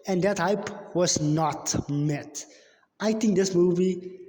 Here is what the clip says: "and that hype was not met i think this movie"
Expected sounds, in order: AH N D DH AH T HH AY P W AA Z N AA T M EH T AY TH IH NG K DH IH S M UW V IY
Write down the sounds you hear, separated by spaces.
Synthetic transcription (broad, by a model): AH N D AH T HH AY P W AA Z N AA T M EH T AY T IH NG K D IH S M UW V IY